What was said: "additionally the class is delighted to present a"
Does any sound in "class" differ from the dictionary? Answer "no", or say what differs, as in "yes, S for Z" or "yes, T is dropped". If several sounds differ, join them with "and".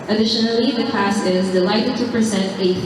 yes, L is dropped